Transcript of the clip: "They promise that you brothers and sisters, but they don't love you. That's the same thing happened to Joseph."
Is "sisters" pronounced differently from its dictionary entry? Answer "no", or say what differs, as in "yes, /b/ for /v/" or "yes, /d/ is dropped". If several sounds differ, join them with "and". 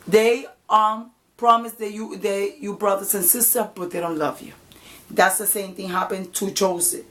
yes, /z/ is dropped